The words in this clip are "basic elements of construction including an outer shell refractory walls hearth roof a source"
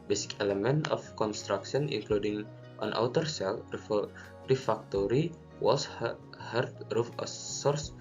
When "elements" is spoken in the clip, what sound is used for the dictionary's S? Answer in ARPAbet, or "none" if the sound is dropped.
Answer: none